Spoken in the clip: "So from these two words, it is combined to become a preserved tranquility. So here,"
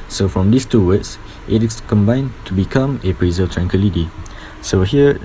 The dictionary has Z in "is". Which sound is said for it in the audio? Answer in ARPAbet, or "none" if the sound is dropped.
S